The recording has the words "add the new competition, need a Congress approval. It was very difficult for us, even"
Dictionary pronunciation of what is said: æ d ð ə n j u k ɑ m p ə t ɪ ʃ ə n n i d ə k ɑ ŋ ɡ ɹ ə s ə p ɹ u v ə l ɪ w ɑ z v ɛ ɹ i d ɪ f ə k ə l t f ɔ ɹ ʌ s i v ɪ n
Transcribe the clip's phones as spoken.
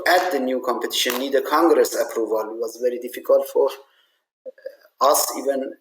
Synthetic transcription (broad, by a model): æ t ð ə n j u k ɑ m p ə t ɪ ʃ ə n n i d ə k ɑ ŋ ɡ ɹ ə s ə p ɹ u v ə l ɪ w ɑ z v ɛ ɹ i d ɪ f ə k ə l t f ɔ ɹ ʌ s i v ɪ n